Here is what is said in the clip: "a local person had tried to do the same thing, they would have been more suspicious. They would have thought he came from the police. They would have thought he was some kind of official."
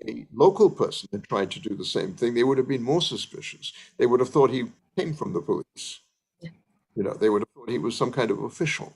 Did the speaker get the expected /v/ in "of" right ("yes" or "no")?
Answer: yes